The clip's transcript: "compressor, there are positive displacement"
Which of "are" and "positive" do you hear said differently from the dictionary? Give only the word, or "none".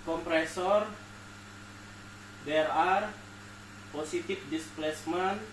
positive